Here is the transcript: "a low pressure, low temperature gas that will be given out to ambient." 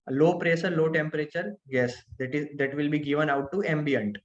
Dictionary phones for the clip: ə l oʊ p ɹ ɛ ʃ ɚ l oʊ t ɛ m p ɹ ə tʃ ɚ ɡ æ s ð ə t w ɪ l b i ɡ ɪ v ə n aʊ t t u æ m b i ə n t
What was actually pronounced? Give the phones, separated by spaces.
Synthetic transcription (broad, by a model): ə l oʊ p ɹ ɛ s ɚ l oʊ t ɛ m p ɹ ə tʃ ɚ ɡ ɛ s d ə t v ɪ l b i ɡ ɪ v ə n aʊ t t u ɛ m b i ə n t